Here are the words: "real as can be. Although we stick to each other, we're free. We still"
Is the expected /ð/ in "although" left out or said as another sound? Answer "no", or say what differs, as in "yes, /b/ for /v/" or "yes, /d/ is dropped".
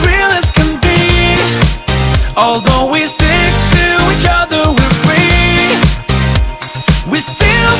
no